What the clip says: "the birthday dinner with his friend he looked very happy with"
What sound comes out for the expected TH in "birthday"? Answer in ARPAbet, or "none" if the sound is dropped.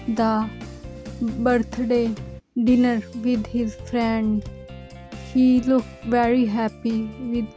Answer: T